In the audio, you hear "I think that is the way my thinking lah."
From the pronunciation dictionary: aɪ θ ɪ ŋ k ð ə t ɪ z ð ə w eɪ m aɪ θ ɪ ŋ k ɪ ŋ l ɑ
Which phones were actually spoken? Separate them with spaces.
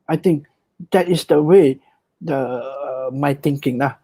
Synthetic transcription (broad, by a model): aɪ t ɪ ŋ k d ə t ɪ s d ə w eɪ m aɪ t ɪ ŋ k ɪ ŋ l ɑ